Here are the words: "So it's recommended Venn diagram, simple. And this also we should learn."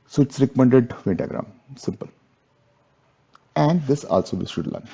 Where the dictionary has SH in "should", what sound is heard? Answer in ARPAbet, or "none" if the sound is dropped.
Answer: S